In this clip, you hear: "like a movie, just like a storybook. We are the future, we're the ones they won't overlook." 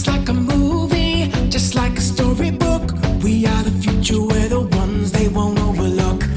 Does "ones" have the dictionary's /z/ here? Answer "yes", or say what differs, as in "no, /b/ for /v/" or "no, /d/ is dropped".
yes